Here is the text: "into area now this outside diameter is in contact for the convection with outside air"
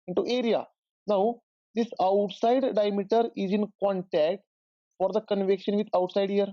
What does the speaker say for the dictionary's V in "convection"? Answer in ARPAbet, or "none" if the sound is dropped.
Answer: V